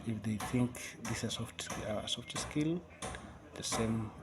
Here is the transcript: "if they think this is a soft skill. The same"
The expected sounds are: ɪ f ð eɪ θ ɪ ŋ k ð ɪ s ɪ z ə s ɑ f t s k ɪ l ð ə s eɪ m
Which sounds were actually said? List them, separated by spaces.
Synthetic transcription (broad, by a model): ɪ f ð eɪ θ ɪ ŋ k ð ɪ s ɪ s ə s ɑ f t s k ɪ l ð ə s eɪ m